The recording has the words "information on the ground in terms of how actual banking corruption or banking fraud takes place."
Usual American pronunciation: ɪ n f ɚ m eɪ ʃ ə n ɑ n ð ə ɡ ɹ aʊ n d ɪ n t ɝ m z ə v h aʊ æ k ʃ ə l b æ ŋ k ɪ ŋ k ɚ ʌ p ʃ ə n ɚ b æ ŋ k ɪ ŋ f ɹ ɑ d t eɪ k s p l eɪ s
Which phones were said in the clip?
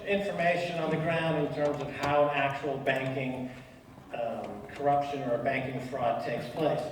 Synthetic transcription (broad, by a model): ɪ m f ɚ m eɪ ʃ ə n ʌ n ð ə ɡ ɹ aʊ n d ɪ n t ɝ m z ə v h aʊ æ k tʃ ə l b æ ŋ k ɪ ŋ k ɚ ʌ p ʃ ə n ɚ b æ ŋ k ɪ ŋ f ɹ ɑ d t eɪ k s p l eɪ s